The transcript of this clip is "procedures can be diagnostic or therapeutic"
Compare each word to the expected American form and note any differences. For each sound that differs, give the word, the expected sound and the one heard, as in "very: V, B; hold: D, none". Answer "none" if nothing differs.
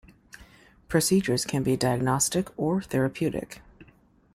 none